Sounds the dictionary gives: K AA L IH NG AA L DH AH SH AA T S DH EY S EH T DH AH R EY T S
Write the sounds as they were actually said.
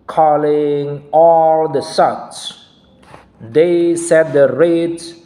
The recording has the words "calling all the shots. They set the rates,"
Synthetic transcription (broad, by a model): K AA L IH NG AA L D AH S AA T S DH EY S EH T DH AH R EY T